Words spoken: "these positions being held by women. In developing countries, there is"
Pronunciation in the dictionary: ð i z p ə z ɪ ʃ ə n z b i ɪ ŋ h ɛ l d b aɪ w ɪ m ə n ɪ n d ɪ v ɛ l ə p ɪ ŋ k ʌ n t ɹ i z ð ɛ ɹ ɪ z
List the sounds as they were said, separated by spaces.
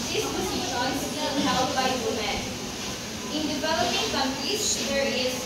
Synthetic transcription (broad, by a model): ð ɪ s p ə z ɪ ə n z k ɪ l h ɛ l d b aɪ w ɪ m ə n ɪ n d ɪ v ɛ l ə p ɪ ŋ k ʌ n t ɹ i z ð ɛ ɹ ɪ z